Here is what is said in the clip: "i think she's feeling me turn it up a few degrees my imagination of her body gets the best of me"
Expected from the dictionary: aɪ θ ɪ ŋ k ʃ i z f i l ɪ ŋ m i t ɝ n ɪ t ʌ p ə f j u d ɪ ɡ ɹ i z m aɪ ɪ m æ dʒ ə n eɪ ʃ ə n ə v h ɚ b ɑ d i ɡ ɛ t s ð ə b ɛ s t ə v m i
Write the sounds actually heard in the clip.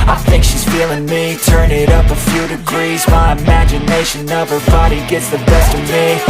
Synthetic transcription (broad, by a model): aɪ θ ɪ ŋ k ʃ i z f i l ɪ ŋ m i t ɝ n ɪ t ʌ p ə f j u d ɪ ɡ ɹ i z m aɪ ɪ m æ dʒ ə n eɪ ʃ ə n ə v ɚ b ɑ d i ɡ ɛ t s ð ə b ɛ s t ə v m i